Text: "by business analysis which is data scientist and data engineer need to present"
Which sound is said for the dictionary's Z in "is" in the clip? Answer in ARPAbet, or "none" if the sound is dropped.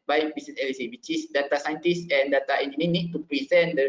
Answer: S